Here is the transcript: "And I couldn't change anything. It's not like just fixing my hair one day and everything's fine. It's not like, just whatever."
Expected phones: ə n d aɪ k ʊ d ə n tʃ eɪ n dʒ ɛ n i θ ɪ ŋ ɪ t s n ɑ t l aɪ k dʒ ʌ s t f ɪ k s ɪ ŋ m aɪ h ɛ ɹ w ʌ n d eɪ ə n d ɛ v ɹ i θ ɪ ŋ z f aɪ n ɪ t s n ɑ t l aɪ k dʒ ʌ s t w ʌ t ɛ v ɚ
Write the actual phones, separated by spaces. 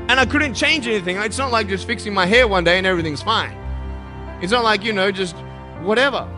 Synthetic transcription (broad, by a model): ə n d aɪ k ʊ d n tʃ eɪ n dʒ ɛ n i θ ɪ ŋ ɪ t s n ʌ t l aɪ k dʒ ʌ s t f ɪ k s ɪ ŋ m aɪ h ɛ ɹ w ʌ n d eɪ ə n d ɛ v ɹ i θ ɪ ŋ z f aɪ n ɪ t s n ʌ t l aɪ k dʒ ʌ s t w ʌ t ɛ v ɚ